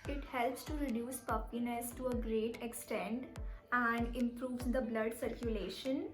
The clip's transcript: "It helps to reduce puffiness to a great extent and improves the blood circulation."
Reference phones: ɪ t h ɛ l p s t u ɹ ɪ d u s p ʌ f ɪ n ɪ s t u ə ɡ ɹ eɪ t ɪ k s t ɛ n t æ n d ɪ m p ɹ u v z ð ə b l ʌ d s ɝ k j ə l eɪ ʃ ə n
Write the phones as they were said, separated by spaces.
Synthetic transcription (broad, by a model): ɪ t h ɛ l p s t u ɹ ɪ d u s p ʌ p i n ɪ s t u ə ɡ ɹ eɪ t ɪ k s t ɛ n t æ n d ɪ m p ɹ u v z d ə b l ʌ d s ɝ k j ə l eɪ ʃ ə n